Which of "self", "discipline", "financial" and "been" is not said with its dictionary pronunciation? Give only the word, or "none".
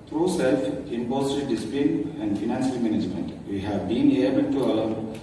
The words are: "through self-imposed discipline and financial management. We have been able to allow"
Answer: financial